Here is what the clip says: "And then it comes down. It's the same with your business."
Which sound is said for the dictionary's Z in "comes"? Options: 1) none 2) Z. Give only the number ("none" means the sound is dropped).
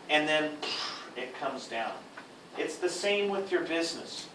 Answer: 2